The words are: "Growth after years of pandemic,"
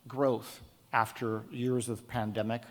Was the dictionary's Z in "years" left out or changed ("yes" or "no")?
no